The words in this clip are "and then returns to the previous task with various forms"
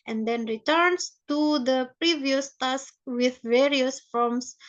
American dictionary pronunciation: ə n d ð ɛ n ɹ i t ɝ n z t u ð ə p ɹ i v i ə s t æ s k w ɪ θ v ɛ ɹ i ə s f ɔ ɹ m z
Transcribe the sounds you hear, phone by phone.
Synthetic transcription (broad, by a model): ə n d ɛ n ɹ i t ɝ n s t u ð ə p ɹ i v i ə s t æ s k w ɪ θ v ɛ ɹ i ə s f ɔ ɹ m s